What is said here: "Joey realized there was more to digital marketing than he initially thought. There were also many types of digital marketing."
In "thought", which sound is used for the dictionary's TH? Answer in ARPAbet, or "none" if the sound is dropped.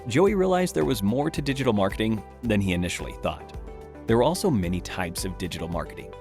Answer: TH